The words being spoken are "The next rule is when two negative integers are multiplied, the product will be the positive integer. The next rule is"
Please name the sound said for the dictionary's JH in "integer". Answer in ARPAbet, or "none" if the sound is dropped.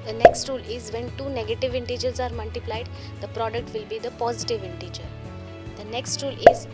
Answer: JH